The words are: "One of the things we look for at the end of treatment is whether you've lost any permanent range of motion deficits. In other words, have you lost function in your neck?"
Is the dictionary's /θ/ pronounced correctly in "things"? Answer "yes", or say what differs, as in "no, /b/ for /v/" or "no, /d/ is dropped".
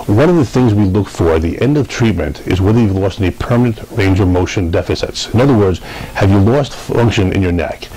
yes